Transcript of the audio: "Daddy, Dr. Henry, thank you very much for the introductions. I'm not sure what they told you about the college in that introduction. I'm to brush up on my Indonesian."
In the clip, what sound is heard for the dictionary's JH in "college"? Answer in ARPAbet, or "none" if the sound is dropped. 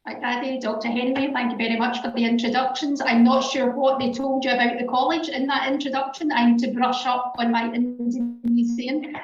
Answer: JH